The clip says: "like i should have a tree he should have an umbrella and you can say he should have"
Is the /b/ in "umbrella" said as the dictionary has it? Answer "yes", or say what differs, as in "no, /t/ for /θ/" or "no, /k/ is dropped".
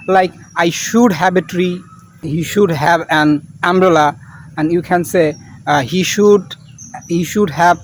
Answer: yes